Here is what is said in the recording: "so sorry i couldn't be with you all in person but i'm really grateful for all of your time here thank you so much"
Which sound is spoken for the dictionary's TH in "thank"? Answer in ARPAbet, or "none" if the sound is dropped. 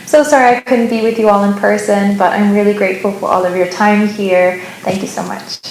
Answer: TH